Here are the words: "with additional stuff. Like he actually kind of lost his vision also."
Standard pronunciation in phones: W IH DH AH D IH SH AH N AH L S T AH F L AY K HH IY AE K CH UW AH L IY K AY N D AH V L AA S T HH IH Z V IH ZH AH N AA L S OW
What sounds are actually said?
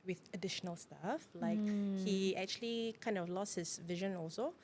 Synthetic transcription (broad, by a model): W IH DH AH D IH SH AH N AH L S T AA F L AY K HH IY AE K CH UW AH L IY K AY N D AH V L AA S T HH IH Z V IH ZH AH N AA L S OW